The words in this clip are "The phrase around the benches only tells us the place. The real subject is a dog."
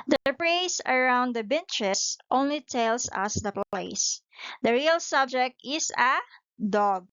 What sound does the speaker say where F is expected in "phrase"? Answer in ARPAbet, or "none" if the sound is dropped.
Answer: P